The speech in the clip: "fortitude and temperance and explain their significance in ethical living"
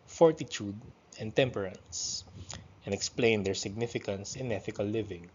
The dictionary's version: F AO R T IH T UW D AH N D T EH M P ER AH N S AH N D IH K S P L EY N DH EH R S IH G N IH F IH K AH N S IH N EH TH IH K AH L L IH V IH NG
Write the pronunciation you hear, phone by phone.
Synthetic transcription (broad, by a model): F AO R T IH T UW D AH N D T EH M P ER AH N S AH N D IH K S P L EY N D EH R S IH G N IH F IH K AH N S IH N EH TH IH K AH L L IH V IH NG